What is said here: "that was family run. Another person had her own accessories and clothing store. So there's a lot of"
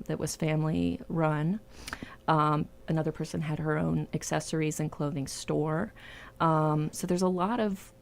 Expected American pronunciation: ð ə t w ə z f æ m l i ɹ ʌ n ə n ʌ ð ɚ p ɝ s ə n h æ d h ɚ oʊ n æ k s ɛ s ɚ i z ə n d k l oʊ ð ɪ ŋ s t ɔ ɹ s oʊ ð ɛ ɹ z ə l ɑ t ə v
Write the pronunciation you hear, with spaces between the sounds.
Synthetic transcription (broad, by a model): ð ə t w ə z f æ m l i ɹ ʌ n ə n ʌ ð ɚ p ɝ s ə n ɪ d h ɚ oʊ n æ k s ɛ s ɚ i z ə n k l oʊ ð ɪ ŋ s t ɔ ɹ s oʊ ð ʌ ɹ z ə l ɑ t ə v